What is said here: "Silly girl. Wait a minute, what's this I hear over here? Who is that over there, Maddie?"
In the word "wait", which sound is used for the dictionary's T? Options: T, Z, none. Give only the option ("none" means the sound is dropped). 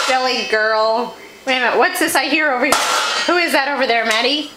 none